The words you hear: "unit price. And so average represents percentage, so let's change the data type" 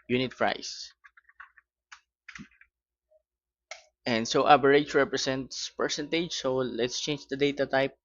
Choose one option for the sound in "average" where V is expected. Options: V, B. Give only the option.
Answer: B